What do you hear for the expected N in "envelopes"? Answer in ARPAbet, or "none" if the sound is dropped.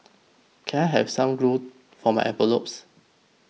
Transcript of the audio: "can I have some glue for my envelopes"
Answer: none